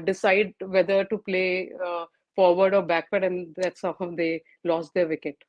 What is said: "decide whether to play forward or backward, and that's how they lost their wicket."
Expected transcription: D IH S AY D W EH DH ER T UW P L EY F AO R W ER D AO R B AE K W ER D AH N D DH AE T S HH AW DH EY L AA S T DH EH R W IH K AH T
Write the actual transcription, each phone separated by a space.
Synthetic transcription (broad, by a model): D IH S AY D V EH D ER T UW P L EY F AO R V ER D AO R B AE K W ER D AH N D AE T S HH AW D EY L AA S T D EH R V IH K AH T